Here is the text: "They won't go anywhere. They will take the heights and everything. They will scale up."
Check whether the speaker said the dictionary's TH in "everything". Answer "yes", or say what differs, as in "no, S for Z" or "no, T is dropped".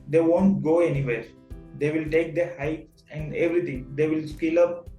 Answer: no, T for TH